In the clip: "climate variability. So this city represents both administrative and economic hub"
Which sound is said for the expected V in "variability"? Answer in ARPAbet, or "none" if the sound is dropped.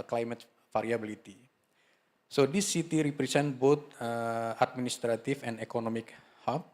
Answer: F